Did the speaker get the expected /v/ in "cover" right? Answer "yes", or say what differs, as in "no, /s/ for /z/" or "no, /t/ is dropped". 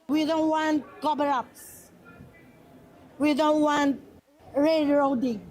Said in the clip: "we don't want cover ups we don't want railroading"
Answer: no, /b/ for /v/